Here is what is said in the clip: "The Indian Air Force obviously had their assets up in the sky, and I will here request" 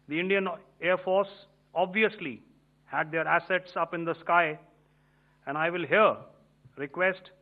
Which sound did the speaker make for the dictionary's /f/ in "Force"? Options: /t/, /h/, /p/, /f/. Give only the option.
/f/